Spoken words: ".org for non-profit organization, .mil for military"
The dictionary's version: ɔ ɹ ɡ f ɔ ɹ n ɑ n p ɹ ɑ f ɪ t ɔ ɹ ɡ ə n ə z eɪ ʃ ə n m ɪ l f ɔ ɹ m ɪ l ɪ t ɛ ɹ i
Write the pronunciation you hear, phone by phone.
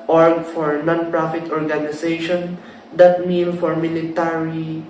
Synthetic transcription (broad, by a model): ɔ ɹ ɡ f ɔ ɹ n ɑ n p ɹ ɑ f ɪ t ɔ ɹ ɡ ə n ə s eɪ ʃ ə n m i n f ɔ ɹ m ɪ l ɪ t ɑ ɹ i